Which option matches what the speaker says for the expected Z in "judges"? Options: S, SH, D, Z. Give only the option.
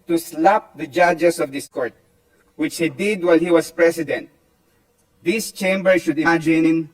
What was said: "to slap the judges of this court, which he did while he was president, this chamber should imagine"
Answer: S